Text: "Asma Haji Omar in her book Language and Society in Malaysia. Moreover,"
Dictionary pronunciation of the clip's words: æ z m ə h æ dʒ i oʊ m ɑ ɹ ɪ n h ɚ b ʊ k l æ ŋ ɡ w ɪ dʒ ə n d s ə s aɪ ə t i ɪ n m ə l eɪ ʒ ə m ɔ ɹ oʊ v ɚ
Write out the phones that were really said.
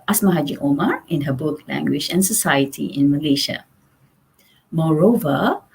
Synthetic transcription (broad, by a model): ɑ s m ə h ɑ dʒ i oʊ m ɑ ɹ ɪ n h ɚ b ʊ k l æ ŋ ɡ w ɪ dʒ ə n s ə s aɪ ə t i ɪ n m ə l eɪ ʃ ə m ɔ ɹ oʊ v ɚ